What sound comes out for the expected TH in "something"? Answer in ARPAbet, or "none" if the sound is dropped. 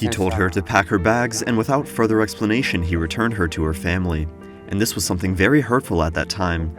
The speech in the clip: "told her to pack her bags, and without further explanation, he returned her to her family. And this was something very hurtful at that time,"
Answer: TH